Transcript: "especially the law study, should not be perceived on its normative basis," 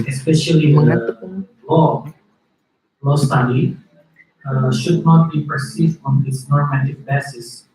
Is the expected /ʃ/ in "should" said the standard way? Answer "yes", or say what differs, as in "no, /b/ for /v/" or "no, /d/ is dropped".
yes